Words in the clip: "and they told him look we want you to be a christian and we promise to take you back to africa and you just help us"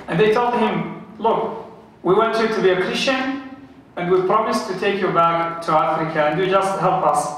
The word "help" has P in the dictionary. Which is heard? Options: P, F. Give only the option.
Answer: P